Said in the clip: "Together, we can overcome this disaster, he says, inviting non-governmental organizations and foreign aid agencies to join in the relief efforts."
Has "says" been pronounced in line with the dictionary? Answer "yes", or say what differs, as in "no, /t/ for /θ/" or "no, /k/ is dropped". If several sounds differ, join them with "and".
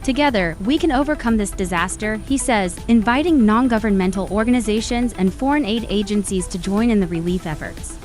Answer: yes